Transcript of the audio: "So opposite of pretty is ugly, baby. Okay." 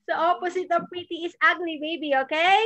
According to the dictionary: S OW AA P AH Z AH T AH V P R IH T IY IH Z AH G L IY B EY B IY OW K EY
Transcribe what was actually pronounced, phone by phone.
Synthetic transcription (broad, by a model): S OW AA P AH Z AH T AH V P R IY T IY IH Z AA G N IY B EY B IY OW K EY